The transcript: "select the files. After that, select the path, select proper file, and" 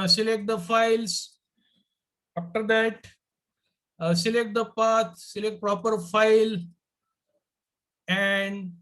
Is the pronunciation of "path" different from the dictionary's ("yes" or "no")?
yes